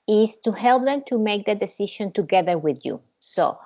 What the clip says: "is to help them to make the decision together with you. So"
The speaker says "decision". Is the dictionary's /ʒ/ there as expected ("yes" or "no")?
no